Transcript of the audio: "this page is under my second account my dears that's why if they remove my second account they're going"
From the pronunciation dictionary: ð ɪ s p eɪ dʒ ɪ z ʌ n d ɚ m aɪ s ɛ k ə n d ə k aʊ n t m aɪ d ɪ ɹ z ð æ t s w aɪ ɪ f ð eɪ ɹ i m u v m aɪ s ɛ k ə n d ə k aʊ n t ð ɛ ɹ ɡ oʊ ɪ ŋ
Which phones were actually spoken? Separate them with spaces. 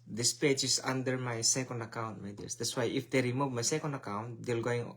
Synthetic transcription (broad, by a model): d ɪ s p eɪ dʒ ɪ s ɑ n d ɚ m aɪ s ɛ k ə n d ə k aʊ n t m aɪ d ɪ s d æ t s w aɪ ɪ f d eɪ ɹ i m u v m aɪ s ɛ k ə n d ə k aʊ n t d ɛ l ɡ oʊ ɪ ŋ